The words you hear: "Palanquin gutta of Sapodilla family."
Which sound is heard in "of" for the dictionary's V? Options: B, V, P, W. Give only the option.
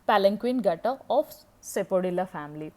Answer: P